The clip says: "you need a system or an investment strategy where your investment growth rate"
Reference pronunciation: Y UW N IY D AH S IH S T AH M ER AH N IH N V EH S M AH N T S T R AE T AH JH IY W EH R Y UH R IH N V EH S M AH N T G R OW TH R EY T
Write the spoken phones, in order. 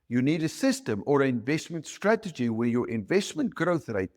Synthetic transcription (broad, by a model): Y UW N IY D AH S IH S T AH M ER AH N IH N V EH S M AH N T S T R AE T AH JH IY W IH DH Y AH R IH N V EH S M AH N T G R OW TH R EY T